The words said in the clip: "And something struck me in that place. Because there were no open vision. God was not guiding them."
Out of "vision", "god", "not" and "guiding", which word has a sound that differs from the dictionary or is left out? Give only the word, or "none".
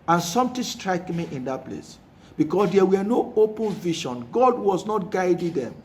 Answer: vision